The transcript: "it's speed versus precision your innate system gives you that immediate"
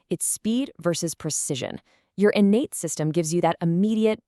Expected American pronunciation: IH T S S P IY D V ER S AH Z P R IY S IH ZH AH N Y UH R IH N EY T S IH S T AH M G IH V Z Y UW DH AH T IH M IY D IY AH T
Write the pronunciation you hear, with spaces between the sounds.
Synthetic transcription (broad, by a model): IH T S S P IY D V ER S AH Z P R IY S IH ZH AH N Y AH R IH N EY T S IH S T AH M G IH V Z Y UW DH AH T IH M IY D IY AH T